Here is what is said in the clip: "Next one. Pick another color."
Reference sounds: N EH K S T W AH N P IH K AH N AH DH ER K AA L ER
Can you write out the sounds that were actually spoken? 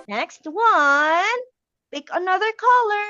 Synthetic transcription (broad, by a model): N EH K S T W AH N B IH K AH N AH DH ER K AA L ER